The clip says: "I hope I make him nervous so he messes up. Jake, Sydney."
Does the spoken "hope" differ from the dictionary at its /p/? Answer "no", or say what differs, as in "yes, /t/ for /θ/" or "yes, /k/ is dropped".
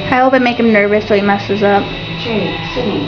yes, /b/ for /p/